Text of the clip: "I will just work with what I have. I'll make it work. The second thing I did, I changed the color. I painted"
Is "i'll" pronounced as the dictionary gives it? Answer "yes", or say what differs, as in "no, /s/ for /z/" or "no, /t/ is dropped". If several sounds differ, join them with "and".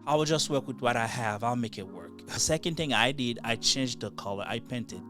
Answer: yes